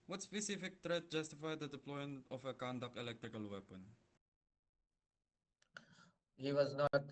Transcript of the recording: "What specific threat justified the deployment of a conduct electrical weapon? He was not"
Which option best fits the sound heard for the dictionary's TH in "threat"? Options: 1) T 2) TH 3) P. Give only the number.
1